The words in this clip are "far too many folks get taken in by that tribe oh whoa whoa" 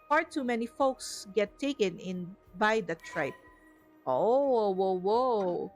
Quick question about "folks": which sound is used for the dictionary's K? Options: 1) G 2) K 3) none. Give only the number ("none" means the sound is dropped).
2